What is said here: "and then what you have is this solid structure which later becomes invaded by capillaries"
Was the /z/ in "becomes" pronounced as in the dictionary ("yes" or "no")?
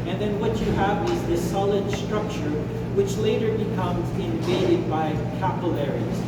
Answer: yes